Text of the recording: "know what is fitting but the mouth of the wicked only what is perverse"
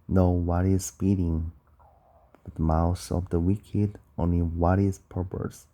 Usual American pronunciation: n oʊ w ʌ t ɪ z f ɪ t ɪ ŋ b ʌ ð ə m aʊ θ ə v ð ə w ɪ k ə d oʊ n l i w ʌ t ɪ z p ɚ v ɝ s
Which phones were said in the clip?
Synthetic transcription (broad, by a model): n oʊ w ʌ t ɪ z p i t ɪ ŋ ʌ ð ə m aʊ s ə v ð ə w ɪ k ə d oʊ n l i w ʌ t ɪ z p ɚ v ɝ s